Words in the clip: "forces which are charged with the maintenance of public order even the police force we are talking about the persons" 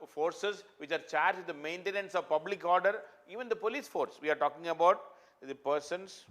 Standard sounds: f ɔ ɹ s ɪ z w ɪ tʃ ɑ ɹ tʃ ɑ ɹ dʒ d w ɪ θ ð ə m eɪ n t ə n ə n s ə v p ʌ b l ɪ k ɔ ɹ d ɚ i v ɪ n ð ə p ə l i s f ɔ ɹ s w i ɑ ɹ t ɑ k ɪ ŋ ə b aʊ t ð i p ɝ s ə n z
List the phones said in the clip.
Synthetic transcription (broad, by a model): f ɔ ɹ s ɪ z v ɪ tʃ ɑ ɹ tʃ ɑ ɹ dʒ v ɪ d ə m eɪ n t ə n ə n s ə v p ʌ b l ɪ k ɔ ɹ d ɚ i v ɪ n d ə p ə l i s f ɔ ɹ s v i ɑ ɹ t ɑ k ɪ ŋ ə b aʊ t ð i p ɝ s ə n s